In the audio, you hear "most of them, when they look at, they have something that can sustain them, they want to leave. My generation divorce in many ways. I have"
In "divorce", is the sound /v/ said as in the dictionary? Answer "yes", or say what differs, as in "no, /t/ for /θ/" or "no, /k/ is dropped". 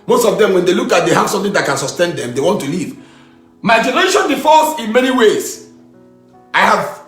no, /f/ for /v/